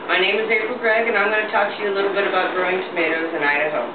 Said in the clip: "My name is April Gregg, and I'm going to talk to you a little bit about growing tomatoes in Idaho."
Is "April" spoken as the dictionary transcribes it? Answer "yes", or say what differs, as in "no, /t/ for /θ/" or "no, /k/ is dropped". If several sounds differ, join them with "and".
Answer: no, /p/ is dropped